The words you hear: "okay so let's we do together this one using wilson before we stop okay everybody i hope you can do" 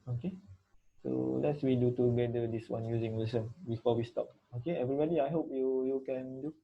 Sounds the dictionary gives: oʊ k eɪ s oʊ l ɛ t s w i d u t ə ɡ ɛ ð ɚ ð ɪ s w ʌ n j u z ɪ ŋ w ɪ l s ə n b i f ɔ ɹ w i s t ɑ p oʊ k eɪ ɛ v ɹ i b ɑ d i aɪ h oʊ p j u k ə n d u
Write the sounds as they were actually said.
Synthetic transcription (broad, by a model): oʊ k eɪ s oʊ l ɛ t s w i d u t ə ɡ ɛ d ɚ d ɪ s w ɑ n j u z ɪ ŋ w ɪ s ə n b i f ɔ w i s t ɑ p oʊ k eɪ ɛ v ɹ i b ɑ d i aɪ h oʊ p j u k ə n d u